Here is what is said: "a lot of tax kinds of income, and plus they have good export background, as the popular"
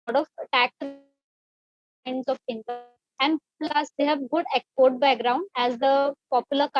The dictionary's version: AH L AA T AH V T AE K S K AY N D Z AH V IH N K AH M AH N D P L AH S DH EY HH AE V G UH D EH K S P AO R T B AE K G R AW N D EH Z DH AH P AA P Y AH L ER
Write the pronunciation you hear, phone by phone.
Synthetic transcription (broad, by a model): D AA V T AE K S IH N D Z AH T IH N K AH AH N D P L AH S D EY HH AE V G UH D EH K S P AO R T B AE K G R AW N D EH Z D AH P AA P Y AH L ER